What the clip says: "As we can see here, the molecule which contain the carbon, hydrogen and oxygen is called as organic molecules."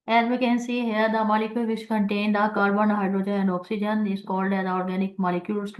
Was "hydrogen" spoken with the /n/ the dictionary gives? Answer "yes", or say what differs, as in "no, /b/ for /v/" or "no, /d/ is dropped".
no, /n/ is dropped